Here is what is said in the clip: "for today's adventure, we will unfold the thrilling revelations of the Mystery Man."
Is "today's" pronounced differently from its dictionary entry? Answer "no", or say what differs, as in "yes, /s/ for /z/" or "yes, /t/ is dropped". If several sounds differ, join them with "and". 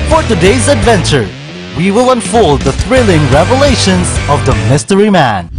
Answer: no